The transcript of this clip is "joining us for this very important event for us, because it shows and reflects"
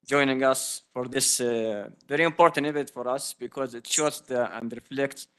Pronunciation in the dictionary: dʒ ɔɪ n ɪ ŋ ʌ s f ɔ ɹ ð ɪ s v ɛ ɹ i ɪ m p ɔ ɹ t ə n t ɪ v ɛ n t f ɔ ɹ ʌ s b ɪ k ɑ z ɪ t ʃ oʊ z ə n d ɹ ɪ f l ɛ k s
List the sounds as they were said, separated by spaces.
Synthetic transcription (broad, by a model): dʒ ɔɪ n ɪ ŋ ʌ s f ɔ ɹ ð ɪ s v ɛ ɹ i ɪ m p ɔ ɹ t ə n t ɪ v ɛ t f ɔ ɹ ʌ s b ɪ k ɑ z ɪ t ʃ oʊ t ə n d ɹ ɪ f l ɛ k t